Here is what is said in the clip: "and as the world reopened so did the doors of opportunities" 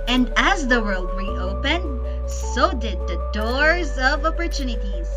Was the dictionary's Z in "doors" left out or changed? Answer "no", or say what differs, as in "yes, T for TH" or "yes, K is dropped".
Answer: no